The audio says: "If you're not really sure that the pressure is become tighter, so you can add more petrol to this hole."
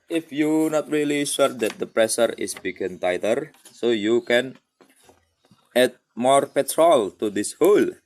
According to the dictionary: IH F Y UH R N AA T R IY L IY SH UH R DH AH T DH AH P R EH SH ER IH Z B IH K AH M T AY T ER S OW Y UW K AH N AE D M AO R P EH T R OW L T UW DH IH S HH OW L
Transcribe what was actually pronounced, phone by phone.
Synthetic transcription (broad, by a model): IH F Y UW N AA T R IY L IY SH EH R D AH T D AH P R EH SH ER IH S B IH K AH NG T AY T ER S OW Y UW K AH N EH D M AO R P EH T R OW L T UW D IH S HH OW L